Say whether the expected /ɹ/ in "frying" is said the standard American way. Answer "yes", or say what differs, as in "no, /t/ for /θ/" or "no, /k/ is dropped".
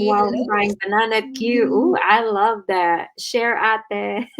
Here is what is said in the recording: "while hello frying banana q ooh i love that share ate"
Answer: no, /ɹ/ is dropped